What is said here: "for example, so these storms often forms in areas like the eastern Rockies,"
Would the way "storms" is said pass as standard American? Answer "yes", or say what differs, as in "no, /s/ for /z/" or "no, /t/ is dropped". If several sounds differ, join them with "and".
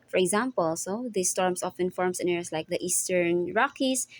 no, /s/ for /z/